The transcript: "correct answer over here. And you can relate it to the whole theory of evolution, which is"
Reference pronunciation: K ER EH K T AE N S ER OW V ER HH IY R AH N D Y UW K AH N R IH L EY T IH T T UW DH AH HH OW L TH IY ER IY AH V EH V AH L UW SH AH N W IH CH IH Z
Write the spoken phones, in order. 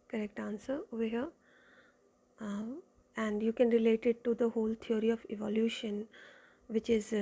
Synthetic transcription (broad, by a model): K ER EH K T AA N S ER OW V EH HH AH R AH N D Y UW K AH N R IH L EY T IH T T UW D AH HH OW L T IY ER IY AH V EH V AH L UW SH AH N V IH CH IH Z